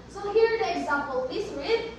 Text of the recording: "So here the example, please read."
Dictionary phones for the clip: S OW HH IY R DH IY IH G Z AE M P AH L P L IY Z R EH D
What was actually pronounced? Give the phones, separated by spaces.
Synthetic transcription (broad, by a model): S OW HH IY R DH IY IH G Z AE M P AH L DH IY S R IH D